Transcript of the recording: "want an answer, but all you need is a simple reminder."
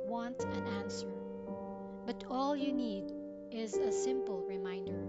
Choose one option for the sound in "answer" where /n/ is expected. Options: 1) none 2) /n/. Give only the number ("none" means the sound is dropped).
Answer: 2